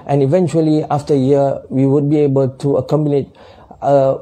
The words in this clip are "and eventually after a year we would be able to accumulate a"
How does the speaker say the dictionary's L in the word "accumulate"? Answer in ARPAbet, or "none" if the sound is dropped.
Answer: N